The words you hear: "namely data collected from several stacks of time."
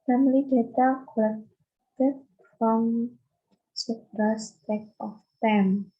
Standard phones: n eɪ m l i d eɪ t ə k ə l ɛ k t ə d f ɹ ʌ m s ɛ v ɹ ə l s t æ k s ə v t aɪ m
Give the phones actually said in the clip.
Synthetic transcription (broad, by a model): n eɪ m l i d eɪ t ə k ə l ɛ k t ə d f ɹ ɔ m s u p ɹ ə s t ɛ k ə f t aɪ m